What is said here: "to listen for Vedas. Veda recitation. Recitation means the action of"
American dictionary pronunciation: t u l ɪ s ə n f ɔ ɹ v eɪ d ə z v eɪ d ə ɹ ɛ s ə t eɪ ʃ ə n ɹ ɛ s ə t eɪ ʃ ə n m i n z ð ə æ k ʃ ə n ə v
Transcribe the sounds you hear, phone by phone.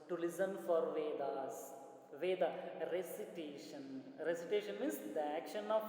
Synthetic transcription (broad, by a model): t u l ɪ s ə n f ɔ ɹ v eɪ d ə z v eɪ d ə ɹ ɛ s ə t eɪ ʃ ə n ɹ ɛ s ə t eɪ ʃ ə n m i n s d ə æ k ʃ ə n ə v